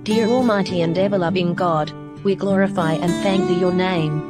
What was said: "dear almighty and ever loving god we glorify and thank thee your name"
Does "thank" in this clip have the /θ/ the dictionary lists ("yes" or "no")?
yes